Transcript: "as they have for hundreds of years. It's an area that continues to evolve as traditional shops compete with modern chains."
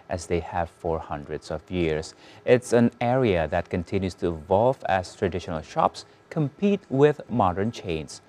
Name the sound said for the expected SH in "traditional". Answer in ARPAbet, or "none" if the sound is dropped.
SH